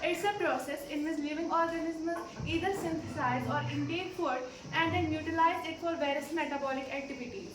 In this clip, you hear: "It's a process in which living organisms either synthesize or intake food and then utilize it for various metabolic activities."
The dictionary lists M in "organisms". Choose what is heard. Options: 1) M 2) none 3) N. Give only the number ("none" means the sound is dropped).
2